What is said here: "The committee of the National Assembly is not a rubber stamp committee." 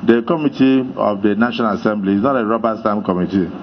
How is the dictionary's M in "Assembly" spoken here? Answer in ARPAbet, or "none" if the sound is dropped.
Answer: M